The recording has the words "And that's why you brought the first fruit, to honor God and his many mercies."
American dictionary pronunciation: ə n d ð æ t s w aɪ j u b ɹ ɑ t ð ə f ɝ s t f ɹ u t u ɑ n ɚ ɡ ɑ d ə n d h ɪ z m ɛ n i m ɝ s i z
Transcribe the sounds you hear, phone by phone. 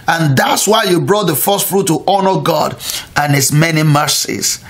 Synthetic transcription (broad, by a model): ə n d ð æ t s w aɪ j u b ɹ ɑ t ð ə f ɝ s t f ɹ u t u ɑ n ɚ ɡ ɑ d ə n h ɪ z m ɛ n i m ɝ s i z